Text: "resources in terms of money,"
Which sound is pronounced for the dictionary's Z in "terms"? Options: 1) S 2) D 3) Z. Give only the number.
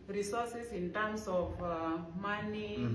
1